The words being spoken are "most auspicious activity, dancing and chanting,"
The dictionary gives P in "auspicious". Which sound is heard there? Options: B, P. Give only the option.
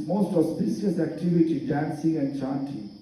B